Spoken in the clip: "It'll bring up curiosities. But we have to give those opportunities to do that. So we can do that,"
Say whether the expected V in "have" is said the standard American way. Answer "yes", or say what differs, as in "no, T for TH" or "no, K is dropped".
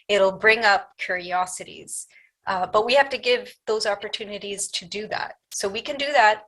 no, F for V